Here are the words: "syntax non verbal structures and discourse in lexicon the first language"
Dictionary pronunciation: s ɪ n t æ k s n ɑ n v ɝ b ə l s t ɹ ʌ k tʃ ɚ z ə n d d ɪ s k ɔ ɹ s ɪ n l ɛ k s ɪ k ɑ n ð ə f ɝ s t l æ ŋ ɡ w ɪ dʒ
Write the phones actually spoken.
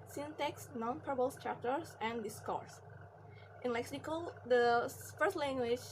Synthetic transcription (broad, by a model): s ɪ n t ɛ k s n ɑ n p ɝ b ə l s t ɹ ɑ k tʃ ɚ s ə n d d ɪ s k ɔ ɹ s ɪ n l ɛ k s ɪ k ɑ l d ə f ɝ s t l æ ŋ ɡ w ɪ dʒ